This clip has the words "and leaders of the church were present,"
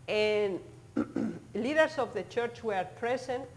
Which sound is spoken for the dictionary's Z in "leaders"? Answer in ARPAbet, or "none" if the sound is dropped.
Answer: S